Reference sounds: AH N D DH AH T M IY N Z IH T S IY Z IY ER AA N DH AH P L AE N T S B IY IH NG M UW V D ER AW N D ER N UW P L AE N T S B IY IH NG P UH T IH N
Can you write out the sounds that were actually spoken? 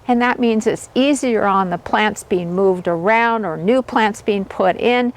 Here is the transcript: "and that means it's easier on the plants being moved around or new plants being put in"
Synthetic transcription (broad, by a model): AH N DH AH T M IY N Z IH T S IY Z IY ER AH N DH AH P L AE N T S B IY IH NG M UW V D ER AW N D ER N UW P L AE N T S B IY IH NG P UH T IH N